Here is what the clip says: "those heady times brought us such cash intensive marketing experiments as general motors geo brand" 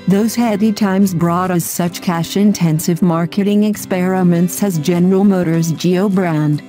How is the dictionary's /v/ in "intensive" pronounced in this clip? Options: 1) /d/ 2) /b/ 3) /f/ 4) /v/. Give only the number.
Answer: 4